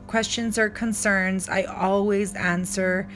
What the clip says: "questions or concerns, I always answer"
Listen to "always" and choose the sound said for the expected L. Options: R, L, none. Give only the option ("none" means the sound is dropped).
L